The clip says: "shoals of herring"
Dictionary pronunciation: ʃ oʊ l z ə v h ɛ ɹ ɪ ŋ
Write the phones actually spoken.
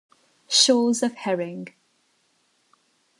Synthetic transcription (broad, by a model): ʃ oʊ z ə v h ɛ ɹ ɪ ŋ